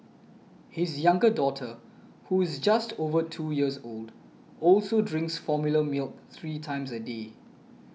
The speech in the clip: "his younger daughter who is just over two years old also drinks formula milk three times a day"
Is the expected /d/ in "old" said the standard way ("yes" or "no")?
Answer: yes